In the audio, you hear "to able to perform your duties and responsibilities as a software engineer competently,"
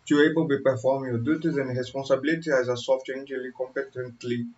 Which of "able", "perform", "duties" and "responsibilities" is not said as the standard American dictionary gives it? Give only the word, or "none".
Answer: responsibilities